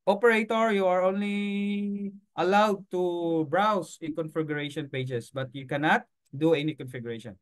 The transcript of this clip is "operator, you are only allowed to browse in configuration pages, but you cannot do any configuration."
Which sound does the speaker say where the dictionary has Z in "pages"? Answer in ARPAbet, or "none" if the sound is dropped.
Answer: S